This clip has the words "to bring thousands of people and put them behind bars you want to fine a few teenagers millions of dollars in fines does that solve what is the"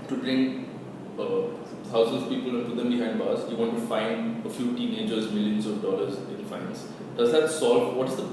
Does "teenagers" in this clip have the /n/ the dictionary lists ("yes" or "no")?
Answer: yes